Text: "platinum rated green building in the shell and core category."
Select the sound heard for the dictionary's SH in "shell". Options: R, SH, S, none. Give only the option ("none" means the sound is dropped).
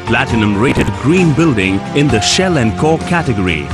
SH